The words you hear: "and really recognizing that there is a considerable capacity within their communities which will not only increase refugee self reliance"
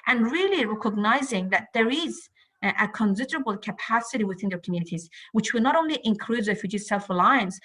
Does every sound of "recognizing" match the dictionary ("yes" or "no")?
yes